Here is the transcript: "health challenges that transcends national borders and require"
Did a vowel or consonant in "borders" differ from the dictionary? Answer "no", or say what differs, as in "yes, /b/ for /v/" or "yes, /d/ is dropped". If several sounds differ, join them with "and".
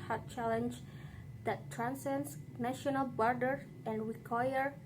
yes, /z/ is dropped